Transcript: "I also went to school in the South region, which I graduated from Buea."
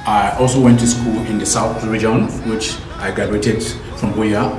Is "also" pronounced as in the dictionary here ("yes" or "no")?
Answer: yes